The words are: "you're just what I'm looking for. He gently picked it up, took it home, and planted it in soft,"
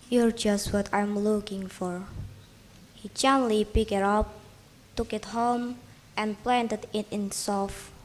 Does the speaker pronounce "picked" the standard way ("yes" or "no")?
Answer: no